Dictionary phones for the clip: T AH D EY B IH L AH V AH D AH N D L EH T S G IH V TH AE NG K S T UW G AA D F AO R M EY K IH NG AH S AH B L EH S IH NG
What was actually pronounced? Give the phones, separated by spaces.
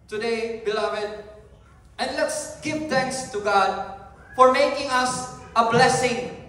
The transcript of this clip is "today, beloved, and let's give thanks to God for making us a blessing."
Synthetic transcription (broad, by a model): T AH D EY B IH L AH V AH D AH N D L EH T S G IH V T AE NG K S T UW G AA D F AO R M EY K IH NG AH S AH B L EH S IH NG